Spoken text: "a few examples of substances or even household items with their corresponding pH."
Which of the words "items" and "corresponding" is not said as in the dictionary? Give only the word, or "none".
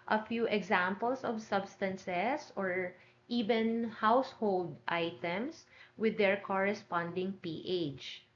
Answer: items